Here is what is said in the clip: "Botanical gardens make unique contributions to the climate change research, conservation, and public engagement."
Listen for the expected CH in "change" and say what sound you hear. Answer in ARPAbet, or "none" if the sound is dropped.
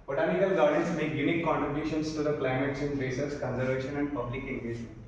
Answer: S